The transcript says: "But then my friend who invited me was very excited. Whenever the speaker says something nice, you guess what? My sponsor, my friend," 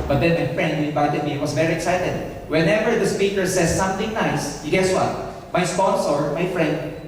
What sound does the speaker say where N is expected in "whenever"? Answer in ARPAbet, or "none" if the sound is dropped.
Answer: N